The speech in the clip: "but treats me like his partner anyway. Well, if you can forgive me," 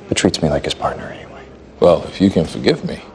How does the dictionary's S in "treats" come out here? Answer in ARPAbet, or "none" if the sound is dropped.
S